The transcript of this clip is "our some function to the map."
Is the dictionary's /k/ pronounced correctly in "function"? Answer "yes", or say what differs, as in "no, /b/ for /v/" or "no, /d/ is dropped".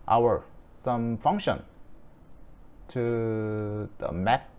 yes